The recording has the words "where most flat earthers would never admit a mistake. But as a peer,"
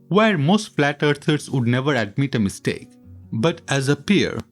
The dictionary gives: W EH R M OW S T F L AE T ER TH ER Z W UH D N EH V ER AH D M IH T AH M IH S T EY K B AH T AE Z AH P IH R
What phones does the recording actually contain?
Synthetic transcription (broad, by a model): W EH R M OW S T F L AE T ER T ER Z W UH D N EH V ER AH D M IH T AH M IH S T EY K B AH T AE Z AH P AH R